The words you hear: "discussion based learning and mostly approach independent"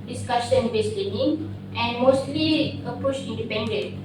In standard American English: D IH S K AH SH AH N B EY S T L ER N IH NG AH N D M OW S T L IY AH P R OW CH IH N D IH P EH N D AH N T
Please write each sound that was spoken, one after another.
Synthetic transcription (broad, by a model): D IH S K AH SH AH N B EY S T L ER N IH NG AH N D M OW S T L IY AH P UW SH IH N D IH P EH N D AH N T